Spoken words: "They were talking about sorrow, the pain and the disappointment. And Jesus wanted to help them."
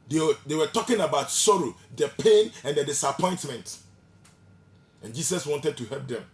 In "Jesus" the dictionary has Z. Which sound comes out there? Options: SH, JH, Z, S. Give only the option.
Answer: S